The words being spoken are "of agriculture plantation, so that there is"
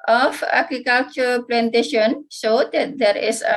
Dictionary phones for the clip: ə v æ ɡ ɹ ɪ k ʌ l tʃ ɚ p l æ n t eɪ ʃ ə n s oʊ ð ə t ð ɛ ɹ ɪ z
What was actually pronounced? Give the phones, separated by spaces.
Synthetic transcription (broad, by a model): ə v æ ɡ ɹ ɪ k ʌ l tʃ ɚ p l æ n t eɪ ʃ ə n ʃ oʊ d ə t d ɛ ɹ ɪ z